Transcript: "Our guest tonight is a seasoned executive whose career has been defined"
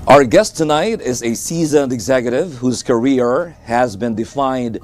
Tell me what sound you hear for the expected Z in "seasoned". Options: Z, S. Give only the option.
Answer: Z